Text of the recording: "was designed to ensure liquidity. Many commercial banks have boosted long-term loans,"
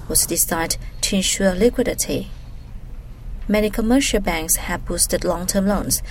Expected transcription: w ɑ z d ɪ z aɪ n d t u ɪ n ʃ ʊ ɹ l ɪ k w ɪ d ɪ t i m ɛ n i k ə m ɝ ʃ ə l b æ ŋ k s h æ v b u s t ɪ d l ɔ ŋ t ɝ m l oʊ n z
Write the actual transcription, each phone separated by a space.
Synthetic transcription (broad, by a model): w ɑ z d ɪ s aɪ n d t u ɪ n ʃ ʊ l ɪ k w ɪ d ɪ t i m ɛ n i k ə m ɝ ʃ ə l b æ ŋ k s h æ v b u s t ɪ d l ɔ ŋ t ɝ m l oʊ n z